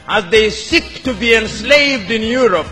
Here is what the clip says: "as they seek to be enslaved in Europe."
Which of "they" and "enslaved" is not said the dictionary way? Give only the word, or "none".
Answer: none